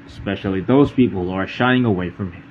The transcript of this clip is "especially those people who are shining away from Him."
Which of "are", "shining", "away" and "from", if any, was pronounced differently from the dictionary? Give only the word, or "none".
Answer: shining